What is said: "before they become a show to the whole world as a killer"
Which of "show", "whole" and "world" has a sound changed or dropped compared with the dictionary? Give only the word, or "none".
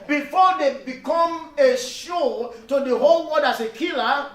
world